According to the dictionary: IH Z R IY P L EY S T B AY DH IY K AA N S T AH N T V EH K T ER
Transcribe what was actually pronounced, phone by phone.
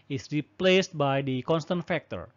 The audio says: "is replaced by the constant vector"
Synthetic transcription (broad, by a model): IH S R IY P L EY S T B AY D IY K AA N S T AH N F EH K T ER